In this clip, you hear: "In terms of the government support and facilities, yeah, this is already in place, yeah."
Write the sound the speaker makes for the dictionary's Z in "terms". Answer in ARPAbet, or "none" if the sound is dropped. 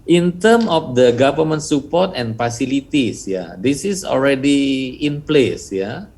none